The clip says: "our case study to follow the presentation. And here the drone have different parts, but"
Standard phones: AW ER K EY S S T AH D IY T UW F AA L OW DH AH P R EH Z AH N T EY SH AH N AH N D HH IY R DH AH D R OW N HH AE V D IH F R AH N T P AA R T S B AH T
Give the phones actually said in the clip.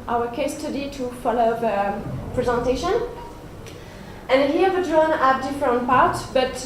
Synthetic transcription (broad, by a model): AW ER K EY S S T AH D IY T UW F AA L OW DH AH P R EH Z AH N T EY SH AH N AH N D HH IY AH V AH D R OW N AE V D IH F R AH N T P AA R T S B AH T